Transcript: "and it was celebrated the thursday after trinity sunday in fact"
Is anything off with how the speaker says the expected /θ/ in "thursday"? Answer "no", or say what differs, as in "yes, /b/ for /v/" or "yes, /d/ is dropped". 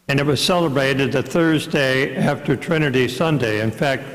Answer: no